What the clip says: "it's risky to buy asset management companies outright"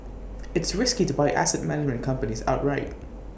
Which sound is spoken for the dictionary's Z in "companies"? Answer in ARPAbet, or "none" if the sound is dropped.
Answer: Z